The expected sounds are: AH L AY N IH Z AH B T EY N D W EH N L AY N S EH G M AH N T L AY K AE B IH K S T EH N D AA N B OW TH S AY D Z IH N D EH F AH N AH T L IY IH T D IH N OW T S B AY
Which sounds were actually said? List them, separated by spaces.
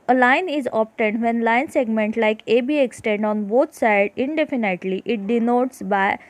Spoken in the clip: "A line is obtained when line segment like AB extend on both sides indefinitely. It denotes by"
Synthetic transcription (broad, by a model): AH L AY N IH Z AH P T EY N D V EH N L AY N S EH G M AH N T L AY K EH B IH K S T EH N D AA N B OW T S AY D IH N D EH F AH N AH T L IY IH T D IH N OW T S B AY